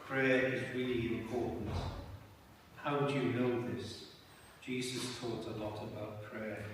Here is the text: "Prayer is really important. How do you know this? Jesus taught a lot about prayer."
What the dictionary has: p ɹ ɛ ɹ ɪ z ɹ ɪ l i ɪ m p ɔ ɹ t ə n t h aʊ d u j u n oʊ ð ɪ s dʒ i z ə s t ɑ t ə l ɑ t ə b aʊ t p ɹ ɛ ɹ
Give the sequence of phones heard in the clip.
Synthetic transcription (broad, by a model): p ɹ ɛ ɹ ɪ z ɹ ɪ l i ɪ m p ɔ ɹ t n t h aʊ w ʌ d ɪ n oʊ ð ɪ s dʒ i z ə s t ɑ t ə l ɑ t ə b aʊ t p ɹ ɛ